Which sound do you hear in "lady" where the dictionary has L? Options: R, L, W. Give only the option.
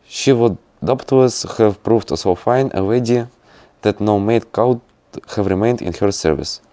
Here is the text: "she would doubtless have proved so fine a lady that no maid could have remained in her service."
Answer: W